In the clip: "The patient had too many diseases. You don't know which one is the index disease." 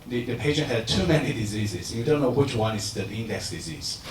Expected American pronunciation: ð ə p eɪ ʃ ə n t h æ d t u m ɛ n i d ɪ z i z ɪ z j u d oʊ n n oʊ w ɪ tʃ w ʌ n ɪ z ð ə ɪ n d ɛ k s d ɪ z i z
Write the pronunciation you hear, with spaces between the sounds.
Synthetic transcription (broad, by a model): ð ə p eɪ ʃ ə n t h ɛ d t u m ɛ n i d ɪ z i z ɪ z j u d oʊ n n oʊ w ɪ tʃ w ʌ n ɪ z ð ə ɪ n d ɛ k s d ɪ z i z